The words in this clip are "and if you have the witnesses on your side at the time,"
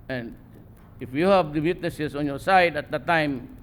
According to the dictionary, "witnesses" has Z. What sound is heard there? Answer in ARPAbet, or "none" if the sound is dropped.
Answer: S